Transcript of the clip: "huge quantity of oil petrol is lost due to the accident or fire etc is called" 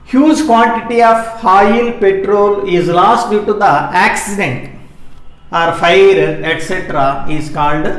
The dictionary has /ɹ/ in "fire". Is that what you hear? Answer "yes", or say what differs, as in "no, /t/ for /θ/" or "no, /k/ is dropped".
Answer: yes